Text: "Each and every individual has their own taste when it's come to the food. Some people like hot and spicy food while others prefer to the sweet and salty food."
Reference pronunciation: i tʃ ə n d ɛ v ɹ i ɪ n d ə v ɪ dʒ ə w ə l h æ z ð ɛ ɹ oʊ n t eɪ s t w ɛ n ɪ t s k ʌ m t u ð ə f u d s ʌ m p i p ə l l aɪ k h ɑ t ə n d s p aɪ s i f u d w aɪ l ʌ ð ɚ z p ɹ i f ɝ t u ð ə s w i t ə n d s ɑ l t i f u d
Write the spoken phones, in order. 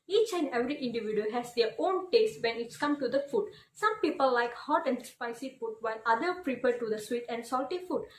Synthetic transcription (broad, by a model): i tʃ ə n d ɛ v ɹ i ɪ n d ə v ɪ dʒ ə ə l h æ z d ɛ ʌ oʊ n t eɪ s t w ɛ n ɪ t s k ʌ m t u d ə f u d s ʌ m p i p ə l l aɪ k h ɑ t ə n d s p aɪ s i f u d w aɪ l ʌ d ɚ p ɹ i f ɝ t u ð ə s w i t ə n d s ɑ l t i f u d